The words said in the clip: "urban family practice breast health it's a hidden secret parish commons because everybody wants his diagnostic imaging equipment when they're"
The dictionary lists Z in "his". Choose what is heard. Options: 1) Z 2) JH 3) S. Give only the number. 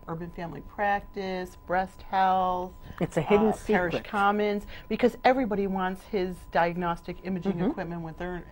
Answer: 1